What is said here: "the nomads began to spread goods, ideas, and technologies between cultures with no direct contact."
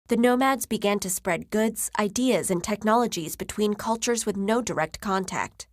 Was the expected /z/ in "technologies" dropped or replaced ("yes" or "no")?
no